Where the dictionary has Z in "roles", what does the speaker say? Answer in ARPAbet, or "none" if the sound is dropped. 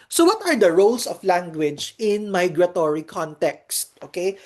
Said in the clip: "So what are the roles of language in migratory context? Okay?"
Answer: S